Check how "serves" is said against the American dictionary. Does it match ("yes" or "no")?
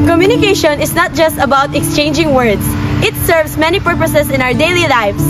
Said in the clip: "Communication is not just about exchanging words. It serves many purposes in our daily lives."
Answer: no